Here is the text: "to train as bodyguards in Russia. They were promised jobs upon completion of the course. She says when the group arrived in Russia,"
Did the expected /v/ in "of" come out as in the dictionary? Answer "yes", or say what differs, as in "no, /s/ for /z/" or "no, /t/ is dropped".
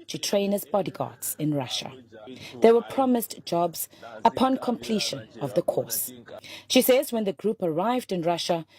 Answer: yes